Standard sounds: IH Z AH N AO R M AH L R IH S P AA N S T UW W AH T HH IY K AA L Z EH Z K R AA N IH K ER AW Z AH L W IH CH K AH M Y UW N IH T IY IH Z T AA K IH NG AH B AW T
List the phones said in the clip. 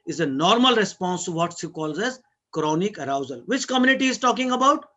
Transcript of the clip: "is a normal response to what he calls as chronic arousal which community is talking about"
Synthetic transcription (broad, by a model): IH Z AH N AO R M AH L R IH S P AA N S T UW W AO T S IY K AA L Z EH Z K R AA N IH K ER AW Z AH L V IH CH K AH M Y UW N IH T IY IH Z T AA K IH NG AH B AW T